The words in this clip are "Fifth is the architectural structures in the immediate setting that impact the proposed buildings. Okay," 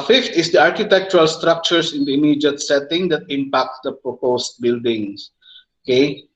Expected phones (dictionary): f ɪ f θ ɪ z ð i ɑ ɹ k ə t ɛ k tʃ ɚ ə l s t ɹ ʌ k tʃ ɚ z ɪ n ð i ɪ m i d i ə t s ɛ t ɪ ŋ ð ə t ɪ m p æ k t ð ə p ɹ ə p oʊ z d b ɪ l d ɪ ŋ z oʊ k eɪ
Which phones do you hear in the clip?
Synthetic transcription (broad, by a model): f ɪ f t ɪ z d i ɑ ɹ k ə t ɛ k tʃ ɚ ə l s t ɹ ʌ k tʃ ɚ s ɪ n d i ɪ m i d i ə t s ɛ t ɪ ŋ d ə t ɪ m p æ k t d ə p ɹ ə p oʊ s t b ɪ l d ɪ ŋ s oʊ k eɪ